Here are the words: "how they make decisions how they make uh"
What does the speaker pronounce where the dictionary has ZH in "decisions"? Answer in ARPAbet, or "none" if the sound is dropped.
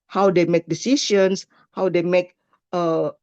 SH